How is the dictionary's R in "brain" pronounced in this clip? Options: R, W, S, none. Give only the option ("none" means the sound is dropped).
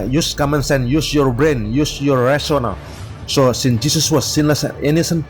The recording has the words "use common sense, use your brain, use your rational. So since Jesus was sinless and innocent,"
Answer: R